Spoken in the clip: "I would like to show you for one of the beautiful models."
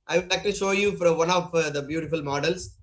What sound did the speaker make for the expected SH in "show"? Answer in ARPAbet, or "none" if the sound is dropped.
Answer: SH